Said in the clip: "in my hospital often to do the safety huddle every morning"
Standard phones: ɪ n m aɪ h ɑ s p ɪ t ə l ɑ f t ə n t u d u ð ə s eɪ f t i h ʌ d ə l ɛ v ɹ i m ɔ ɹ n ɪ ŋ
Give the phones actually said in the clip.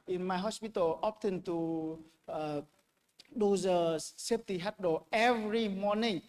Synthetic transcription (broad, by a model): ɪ n m aɪ h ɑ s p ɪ t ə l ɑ p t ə n t u d u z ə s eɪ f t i h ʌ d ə ɛ v ɹ i m ɔ n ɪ ŋ